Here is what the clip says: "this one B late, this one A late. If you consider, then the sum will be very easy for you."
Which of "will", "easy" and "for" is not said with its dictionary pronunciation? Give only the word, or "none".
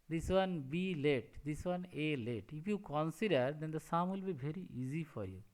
none